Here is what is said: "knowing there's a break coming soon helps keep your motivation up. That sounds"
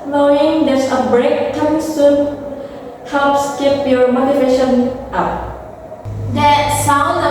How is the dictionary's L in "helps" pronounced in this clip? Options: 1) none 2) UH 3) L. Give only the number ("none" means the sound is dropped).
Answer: 1